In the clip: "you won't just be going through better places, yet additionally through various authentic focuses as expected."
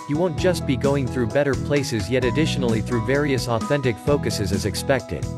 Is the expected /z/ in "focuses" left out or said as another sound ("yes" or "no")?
no